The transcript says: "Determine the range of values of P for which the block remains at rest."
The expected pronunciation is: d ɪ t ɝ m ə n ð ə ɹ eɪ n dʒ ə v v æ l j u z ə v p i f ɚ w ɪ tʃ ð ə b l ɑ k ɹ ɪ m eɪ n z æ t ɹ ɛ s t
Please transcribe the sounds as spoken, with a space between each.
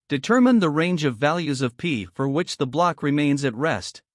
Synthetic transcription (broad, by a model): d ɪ t ɝ m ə n ð ə ɹ eɪ n dʒ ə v v æ l j u z ə v p i f ɚ w ɪ tʃ ð ə b l ɑ k ɹ ɪ m eɪ n z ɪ t ɹ ɛ s t